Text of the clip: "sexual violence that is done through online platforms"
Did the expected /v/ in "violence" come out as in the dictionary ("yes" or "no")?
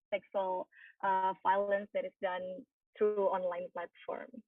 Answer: no